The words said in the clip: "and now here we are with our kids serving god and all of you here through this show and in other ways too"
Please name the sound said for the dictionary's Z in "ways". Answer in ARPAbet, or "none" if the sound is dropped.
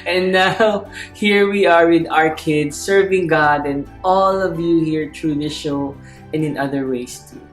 S